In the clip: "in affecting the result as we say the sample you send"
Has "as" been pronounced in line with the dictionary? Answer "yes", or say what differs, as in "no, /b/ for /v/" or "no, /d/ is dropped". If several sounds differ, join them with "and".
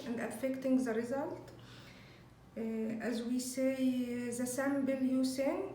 yes